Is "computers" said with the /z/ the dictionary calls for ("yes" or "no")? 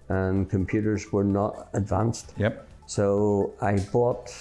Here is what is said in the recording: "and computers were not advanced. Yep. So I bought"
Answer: yes